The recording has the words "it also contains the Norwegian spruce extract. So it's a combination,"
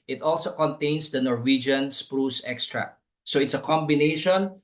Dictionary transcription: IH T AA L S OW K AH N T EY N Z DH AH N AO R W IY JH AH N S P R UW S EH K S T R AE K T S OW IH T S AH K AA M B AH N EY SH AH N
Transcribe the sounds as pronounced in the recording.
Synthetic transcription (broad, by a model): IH T AA L S OW K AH N T EY N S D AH N AO R W IY JH AH N S P R UW S EH K S T R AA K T S OW IH T S AH K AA M B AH N EY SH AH N